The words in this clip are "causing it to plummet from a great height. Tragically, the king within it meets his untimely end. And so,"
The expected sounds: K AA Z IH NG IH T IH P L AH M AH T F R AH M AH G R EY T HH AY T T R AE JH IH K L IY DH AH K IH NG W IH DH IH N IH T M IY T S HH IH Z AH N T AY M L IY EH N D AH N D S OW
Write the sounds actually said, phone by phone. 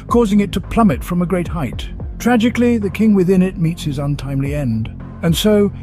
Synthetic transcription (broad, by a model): K AA Z IH NG IH T IH P L AH M AH T F R AH M AH G R EY T HH AY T T R AE JH IH K L IY DH AH K IH NG W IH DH IH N IH T M IY T S HH IH Z AH N T AY M L IY EH N D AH N S OW